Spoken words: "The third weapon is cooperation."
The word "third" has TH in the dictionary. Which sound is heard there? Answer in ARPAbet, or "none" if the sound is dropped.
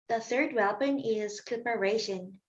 TH